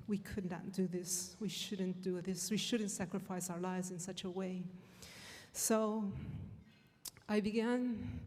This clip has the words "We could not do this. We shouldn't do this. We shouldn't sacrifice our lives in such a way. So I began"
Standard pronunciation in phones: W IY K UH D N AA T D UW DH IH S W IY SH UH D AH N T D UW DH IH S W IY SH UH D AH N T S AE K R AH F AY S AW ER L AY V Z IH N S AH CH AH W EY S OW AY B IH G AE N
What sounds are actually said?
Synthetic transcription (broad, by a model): W IY K UH D N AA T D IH DH IH S W IY SH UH D N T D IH DH IH S W IY SH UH D N T S AE K R AH F AY S AW ER L AY V Z IH N S AH CH AH W EY S OW AY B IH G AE N